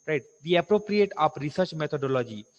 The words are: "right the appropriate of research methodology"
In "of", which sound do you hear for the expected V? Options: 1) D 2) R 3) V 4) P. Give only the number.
4